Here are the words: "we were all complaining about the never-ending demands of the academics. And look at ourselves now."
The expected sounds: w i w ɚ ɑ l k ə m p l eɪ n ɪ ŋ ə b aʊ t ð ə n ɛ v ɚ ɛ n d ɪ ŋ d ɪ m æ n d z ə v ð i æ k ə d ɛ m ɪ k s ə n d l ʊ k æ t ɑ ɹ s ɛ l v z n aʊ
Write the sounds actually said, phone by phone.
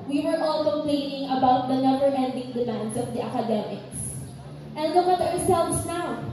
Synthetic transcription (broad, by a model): w i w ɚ ɑ l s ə p l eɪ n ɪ ŋ ə b aʊ t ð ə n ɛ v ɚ ɛ n d ɪ ŋ d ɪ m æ n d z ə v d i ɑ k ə d ɛ m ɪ k s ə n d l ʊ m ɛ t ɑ ɹ s ɛ l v s n aʊ